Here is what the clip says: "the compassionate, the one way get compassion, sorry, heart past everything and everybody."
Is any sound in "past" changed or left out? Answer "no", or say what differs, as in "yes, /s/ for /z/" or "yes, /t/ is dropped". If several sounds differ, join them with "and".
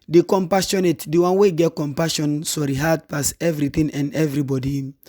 yes, /t/ is dropped